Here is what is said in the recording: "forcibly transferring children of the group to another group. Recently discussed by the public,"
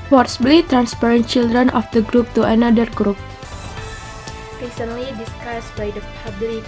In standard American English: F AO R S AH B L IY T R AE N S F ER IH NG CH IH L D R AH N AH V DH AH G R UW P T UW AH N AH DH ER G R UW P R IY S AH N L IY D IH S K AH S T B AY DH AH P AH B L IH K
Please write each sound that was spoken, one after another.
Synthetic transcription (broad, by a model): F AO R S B L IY T R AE N S P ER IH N CH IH L D R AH N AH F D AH G R UW P T UW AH N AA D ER G R UW P R IY S AH N L IY D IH S K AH S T B AY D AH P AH B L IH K